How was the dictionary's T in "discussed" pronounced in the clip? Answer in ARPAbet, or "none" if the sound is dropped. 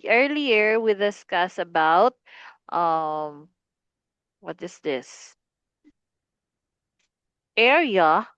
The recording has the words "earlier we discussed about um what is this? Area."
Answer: none